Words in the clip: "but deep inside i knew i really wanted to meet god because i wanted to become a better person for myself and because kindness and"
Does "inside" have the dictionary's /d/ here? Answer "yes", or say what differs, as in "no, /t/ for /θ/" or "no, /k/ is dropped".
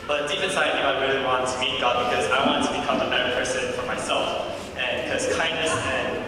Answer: no, /d/ is dropped